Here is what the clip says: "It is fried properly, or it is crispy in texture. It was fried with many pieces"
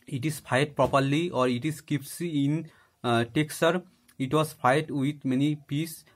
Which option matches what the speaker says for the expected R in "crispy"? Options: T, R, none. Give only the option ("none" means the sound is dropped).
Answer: none